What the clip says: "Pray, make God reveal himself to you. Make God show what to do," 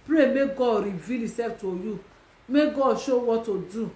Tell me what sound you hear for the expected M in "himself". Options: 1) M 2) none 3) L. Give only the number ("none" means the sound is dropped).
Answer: 2